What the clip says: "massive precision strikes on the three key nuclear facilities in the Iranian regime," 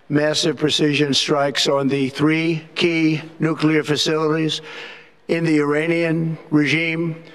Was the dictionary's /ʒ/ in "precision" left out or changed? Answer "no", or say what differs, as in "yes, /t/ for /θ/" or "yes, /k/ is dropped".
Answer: no